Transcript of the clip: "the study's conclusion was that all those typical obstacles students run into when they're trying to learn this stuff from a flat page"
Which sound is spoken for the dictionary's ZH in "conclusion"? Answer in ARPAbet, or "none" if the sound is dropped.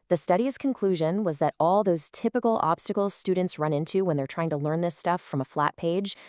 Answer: ZH